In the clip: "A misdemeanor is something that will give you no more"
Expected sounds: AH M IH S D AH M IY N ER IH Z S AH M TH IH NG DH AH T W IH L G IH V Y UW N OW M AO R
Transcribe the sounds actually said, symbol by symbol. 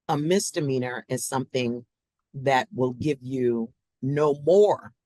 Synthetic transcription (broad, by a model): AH M IH S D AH M IY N ER IH Z S AH M TH IH NG DH AH T W IH L G IH V Y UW N OW M AO R